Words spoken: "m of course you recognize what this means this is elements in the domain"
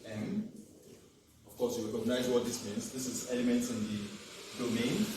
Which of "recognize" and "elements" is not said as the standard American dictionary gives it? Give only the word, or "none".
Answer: recognize